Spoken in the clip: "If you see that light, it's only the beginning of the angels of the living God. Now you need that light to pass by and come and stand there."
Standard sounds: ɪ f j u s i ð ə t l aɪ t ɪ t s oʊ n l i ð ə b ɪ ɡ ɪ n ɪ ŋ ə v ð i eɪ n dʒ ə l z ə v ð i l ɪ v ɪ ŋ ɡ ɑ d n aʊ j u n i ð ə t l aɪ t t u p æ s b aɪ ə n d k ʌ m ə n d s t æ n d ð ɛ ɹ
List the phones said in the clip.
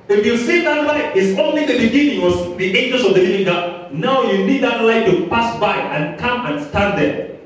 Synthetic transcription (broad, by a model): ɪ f j u s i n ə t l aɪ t ɪ t s oʊ n l i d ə b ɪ ɡ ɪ n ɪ ŋ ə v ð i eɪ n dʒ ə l s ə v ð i l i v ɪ ŋ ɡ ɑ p n aʊ j u n i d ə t l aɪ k t u p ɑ s b aɪ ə n k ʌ m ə n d s t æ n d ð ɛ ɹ